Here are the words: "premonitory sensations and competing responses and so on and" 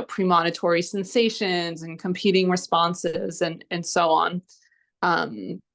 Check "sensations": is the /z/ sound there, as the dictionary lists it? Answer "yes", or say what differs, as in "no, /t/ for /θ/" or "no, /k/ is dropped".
yes